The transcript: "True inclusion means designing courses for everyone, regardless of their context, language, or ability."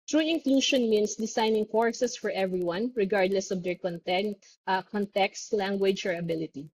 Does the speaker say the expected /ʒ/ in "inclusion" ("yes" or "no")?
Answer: no